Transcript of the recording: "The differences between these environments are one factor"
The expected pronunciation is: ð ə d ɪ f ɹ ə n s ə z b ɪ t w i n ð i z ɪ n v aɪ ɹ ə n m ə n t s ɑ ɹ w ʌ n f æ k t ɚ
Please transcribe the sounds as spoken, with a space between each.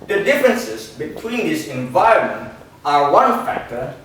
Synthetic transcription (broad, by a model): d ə d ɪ f ɹ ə n s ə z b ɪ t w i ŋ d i s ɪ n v aɪ ɹ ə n m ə n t ɑ ɹ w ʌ n f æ k t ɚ